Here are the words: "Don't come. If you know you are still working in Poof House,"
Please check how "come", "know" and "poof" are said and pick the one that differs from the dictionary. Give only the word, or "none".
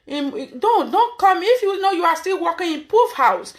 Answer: none